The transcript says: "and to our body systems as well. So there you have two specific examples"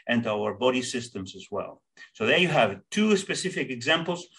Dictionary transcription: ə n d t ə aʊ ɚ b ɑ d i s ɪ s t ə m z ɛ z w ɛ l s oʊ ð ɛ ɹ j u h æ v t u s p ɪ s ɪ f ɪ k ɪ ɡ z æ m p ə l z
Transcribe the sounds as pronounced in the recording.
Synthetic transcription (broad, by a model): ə n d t aʊ ɚ b ɑ d i s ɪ s t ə m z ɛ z w ɛ l s oʊ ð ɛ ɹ j u h æ v t u s p ɪ s ɪ f ɪ k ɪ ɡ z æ m p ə l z